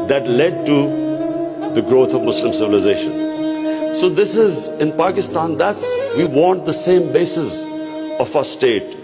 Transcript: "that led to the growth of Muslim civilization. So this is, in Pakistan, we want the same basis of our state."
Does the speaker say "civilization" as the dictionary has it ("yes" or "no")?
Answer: yes